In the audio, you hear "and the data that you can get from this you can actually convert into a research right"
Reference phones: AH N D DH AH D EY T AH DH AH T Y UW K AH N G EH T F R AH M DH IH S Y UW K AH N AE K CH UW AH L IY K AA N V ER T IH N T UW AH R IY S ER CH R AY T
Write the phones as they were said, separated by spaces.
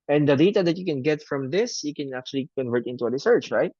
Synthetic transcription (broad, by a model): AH N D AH D EY T AH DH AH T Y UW K AH N G EH T F R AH M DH IH S Y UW K AH N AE K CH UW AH L IY K AA N V ER T IH N T UW AH R IY S ER CH R AY T